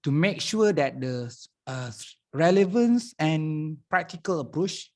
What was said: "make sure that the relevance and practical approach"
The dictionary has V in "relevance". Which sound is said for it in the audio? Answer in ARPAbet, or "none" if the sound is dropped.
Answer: V